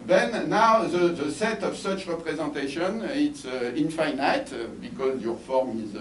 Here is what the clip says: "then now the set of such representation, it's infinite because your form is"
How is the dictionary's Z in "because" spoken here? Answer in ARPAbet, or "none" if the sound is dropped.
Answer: Z